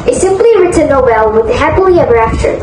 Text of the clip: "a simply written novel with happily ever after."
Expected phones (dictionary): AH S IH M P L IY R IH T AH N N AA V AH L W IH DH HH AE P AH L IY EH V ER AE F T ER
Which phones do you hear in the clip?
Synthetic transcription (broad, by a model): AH S IH M P L IY R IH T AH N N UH B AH L W IH DH HH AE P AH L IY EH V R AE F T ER